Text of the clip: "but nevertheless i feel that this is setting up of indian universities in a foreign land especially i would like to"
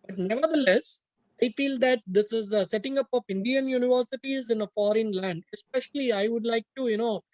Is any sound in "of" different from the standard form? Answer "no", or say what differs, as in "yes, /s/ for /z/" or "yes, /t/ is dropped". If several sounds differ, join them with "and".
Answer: yes, /p/ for /v/